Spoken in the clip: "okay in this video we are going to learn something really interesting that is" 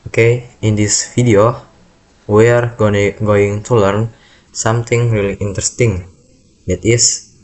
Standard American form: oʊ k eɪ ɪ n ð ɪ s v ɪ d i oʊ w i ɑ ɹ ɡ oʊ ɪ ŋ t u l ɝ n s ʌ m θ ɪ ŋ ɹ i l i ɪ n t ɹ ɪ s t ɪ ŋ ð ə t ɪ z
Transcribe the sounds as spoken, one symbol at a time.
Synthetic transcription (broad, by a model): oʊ k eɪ ɪ n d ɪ s f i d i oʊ w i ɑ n ɡ oʊ ɪ ŋ t u l ɝ n s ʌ m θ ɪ ŋ ɹ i l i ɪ n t ɹ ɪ s t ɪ ŋ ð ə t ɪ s